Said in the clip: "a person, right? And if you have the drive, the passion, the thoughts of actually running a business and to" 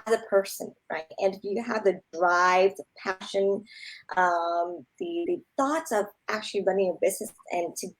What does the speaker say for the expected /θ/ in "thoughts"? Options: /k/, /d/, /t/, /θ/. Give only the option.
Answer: /θ/